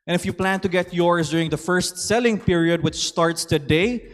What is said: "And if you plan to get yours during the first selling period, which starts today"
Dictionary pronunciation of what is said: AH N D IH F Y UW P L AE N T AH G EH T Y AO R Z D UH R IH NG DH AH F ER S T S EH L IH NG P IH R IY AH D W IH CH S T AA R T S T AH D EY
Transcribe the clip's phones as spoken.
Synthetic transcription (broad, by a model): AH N IH F Y UW P L AE N T AH G EH T Y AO R S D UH R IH NG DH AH F ER S T S EH L IH NG P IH R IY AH D W IH CH S T AA R T S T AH D EY